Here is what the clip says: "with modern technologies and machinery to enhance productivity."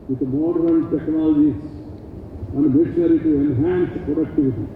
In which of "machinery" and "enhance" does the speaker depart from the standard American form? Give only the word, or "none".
machinery